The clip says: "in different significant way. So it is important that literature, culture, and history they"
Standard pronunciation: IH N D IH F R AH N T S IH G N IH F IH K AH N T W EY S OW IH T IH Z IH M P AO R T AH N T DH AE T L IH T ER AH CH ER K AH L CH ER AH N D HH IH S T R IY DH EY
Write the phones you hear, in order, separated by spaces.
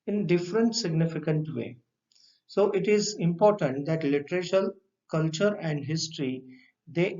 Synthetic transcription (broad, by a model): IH N D IH F R AH N T S IH G N IH F IH K AH N T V EY S OW IH T IH Z IH M P AO R T AH N T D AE T L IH T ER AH SH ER K AH L CH ER AH N D HH IH S T R IY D EY